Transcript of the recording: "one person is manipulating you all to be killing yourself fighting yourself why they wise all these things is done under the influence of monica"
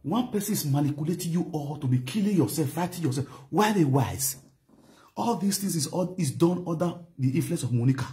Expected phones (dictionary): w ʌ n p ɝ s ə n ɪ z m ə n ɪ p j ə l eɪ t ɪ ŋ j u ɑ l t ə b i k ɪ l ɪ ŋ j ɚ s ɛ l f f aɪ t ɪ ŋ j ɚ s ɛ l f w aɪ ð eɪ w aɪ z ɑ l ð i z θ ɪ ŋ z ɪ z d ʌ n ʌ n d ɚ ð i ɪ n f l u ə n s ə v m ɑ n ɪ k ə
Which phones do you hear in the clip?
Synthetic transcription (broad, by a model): w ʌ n p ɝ s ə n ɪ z m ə n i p j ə l eɪ t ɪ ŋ j u ɑ l t ə b i k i l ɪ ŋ j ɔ s ɛ l f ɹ aɪ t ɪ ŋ j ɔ s ɛ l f w aɪ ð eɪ w aɪ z ɑ l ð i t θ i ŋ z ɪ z d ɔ n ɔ d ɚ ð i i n f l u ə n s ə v m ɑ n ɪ k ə